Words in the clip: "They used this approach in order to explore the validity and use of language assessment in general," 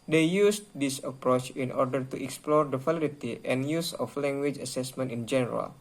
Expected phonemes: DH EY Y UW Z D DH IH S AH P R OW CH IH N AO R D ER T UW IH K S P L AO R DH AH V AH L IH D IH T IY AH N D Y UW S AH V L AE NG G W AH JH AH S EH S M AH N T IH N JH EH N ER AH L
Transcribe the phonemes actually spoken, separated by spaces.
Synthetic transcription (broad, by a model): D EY Y UW S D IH S AH P R OW CH IH N AO R D ER T UW IH K S P L AO R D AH F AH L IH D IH T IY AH N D Y UW S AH F L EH NG G W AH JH AH S EH S M AH N T IH N JH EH N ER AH L